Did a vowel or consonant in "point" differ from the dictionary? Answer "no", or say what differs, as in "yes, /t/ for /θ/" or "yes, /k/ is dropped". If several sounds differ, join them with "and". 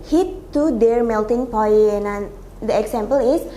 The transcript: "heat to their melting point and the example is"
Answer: yes, /t/ is dropped